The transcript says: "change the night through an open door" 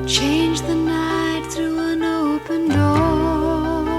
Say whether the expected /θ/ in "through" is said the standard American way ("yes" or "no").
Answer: yes